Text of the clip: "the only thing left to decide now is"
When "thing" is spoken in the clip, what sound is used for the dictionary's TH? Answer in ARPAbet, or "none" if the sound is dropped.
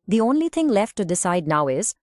T